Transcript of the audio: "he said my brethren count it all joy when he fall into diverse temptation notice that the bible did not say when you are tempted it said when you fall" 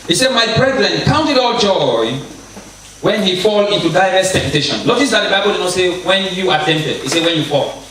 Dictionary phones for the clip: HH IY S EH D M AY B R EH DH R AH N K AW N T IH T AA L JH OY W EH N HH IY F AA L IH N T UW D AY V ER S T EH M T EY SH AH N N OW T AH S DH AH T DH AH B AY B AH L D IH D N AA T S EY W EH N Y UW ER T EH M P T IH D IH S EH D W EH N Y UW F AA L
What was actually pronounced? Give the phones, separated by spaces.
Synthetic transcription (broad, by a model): HH IY S EH D M AY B R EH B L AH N K AW N T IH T AA L JH OY W EH N HH IY F AA L IH N T UW D AY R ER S T EH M T EY SH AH N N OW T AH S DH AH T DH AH B AY B AH L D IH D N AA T S EY W EH N Y UW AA T EH M P T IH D IH S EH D W EH N Y UW F AA L